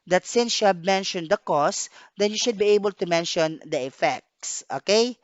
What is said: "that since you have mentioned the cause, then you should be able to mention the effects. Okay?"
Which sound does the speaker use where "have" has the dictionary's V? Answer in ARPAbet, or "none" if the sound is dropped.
B